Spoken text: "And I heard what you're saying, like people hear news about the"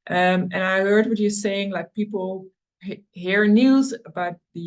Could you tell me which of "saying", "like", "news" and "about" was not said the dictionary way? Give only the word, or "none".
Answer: none